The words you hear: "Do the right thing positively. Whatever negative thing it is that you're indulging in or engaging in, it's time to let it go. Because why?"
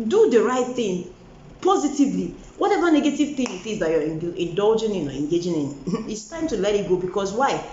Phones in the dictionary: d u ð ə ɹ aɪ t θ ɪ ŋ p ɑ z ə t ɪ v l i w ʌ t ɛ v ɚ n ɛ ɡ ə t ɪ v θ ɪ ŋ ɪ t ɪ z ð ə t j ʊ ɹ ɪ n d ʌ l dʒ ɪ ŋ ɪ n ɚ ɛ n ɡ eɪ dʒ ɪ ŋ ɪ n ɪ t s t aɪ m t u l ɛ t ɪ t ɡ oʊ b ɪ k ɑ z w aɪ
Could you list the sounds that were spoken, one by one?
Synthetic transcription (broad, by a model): d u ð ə ɹ aɪ t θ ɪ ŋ p ɑ z ə t ɪ v l i w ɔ t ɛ v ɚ n ɛ ɡ ə t ɪ v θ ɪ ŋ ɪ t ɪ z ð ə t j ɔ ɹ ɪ n d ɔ l dʒ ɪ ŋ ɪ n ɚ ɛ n ɡ eɪ dʒ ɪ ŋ ɪ n ɪ t s t aɪ m t u l ɛ t ɪ t ɡ oʊ b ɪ k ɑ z w aɪ